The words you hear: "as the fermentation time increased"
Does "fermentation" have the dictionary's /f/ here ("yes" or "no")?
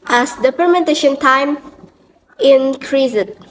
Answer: no